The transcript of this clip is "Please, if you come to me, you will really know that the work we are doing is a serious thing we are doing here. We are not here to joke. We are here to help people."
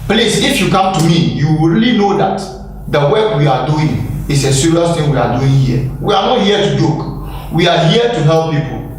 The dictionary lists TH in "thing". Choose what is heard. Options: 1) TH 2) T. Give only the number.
2